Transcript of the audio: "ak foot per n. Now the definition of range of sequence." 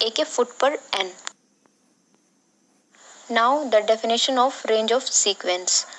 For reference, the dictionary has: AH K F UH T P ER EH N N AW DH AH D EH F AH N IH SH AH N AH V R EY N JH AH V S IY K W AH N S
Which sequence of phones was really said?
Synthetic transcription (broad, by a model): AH K F UH T P ER EH N N AW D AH D EH F AH N IH SH AH N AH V R EY N JH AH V S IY K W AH N S